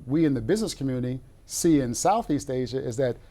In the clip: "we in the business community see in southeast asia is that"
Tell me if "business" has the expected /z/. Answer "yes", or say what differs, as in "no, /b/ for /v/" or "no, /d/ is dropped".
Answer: yes